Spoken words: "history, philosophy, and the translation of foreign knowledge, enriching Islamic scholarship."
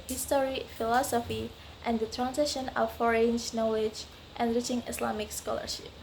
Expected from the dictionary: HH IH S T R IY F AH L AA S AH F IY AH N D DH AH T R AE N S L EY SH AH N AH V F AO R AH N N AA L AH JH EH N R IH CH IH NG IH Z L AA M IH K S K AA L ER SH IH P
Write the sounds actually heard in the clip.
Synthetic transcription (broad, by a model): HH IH S T R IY F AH L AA S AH F IY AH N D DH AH T R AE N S EY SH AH N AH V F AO R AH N N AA L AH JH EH N R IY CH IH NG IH S L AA M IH K S K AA L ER SH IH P